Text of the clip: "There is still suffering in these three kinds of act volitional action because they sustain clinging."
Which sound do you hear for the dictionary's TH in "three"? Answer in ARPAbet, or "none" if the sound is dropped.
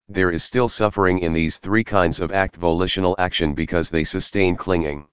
TH